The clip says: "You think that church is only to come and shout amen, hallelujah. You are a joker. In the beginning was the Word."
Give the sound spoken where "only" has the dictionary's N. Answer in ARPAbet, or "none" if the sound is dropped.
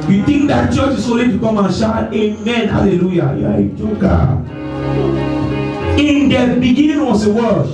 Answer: none